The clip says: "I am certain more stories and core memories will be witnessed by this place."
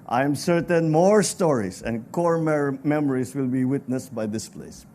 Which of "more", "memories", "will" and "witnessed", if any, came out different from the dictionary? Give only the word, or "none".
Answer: memories